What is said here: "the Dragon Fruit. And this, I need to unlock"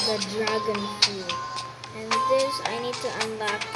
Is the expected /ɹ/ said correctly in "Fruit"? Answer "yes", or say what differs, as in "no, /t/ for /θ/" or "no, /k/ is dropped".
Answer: no, /ɹ/ is dropped